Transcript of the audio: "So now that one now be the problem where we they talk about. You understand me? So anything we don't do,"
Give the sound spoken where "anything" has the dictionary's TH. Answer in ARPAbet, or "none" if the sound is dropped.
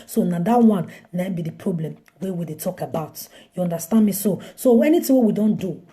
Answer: T